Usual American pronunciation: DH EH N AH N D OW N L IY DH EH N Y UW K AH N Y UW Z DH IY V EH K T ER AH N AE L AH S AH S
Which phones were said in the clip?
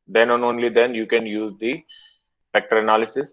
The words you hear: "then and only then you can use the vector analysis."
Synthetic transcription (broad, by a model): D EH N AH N OW N L IY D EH N Y UW K AH N Y UW Z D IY F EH K T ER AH N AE L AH S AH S